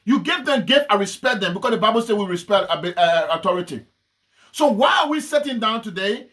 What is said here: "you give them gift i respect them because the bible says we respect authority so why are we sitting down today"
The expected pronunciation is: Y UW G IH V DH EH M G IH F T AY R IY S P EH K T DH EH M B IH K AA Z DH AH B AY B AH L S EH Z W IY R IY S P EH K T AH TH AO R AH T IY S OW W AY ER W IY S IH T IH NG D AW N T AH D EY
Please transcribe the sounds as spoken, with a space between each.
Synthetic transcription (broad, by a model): Y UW G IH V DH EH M G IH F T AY R IY S P EH K T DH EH M B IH K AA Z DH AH B AY B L S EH W IY R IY S P EH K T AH T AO R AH T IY S OW W AY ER W IY S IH T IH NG D AW N T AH D EY